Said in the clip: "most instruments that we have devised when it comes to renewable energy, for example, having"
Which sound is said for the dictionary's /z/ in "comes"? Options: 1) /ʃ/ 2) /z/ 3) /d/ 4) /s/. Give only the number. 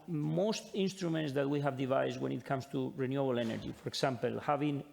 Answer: 4